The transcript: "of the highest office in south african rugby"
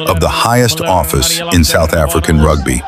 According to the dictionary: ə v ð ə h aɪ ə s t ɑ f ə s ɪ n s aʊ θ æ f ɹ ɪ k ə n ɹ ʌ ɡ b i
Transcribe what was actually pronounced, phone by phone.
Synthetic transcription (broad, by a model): ə v ð ə h aɪ ə s t ɑ f ə s ɪ n s aʊ θ æ f ɹ ɪ k ə n ɹ ʌ ɡ b i